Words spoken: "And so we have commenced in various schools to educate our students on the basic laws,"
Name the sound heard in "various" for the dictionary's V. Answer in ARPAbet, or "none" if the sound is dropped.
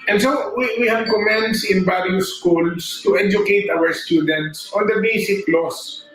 B